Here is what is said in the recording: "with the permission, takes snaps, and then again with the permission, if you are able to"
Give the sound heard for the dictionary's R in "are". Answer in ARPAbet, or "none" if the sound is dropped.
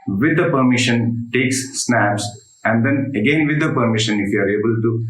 R